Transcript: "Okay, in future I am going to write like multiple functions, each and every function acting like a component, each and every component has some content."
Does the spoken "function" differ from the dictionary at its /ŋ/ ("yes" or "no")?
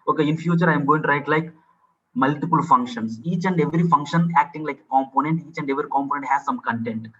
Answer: no